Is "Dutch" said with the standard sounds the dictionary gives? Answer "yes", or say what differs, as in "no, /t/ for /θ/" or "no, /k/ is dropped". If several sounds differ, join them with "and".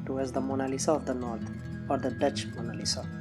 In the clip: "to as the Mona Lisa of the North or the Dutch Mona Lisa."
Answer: yes